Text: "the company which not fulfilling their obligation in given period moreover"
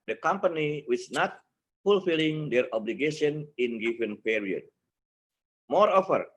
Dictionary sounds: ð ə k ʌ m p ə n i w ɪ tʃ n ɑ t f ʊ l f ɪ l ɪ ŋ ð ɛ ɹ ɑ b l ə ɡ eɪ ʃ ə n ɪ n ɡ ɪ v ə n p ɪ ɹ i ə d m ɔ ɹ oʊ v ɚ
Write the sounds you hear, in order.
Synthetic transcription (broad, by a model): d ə k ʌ m p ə n i w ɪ s n ɑ t f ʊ l f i l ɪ ŋ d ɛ ɹ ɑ b l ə ɡ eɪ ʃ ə n ɪ n ɡ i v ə n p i ɹ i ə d m ɔ ɹ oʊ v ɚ